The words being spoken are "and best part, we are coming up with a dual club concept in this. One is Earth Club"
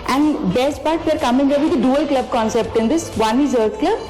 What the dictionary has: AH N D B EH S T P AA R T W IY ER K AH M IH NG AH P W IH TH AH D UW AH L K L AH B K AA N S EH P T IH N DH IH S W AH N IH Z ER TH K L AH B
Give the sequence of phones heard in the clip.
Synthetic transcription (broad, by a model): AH N D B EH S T P AA R T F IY ER K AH M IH NG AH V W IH AH D UW AH L K L AH B K AA N S EH P T IH N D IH S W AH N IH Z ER T K L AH B